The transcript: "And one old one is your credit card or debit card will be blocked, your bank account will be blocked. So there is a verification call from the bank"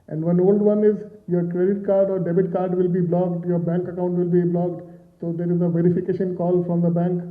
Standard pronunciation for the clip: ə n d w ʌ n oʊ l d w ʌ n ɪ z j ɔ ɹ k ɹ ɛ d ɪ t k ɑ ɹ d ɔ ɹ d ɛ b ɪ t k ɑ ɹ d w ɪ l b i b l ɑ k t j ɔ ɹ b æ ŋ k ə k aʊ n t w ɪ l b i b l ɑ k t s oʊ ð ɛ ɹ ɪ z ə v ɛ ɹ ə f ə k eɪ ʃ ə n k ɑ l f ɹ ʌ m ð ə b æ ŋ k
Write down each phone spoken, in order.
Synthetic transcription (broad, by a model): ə n d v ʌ n oʊ l d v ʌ n ɪ z j ɔ ɹ k ɹ ɛ d ɪ t k ɑ ɹ d ɔ ɹ d ɛ b ɪ t k ɑ ɹ d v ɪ l b i b l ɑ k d j ɔ ɹ b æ ŋ k ə k aʊ n t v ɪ l b i b l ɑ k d s oʊ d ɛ ɹ ɪ z ə v ɛ ɹ ə f ə k eɪ ʃ ə n k ɑ l f ɹ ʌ m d ə b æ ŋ k